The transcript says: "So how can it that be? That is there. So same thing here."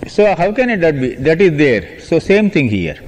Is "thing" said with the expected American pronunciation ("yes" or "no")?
no